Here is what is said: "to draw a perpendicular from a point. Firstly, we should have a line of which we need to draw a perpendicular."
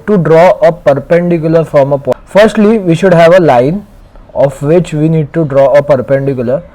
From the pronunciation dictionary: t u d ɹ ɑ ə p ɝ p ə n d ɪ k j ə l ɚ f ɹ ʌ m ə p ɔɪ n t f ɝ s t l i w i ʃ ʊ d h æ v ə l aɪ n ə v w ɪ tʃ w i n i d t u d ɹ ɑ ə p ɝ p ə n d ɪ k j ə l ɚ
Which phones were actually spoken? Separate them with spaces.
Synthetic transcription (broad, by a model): t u d ɹ ɑ ə p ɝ p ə n d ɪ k j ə l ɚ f ɹ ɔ m ə p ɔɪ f t s t l i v i ʃ ʊ d h æ v ə l aɪ n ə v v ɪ tʃ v i n i d t u d ɹ ɑ ə p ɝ p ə n d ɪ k j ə l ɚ